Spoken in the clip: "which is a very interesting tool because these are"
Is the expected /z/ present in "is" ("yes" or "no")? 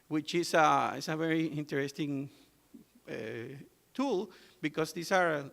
no